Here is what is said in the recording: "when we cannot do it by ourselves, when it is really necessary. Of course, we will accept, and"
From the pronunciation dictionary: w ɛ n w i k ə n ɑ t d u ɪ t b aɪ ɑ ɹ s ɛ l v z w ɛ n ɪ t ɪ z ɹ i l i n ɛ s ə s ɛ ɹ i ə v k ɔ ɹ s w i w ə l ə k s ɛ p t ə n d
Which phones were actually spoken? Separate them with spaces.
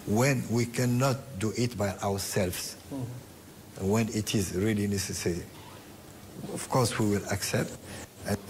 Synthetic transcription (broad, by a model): w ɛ n w i k ə n ɑ t d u ɪ t b aɪ ɑ w s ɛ l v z w ɛ n ɪ t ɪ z ɹ i l i n ɛ s ə s ɛ ɹ i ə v k ɔ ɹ s w i w ə l ə k s ɛ p t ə